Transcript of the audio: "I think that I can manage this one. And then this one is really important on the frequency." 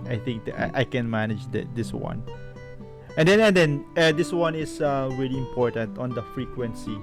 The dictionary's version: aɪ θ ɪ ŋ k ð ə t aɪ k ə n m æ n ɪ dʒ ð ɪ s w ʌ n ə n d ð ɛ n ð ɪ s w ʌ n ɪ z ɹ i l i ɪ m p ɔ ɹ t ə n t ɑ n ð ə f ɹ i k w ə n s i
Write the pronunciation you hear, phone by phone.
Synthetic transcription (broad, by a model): aɪ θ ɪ ŋ k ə t aɪ k ə n m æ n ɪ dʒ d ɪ s w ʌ n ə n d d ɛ n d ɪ s w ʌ n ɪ s ɹ i l i ɪ m p ɔ ɹ t ə n t ɑ n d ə f ɹ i k w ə n s i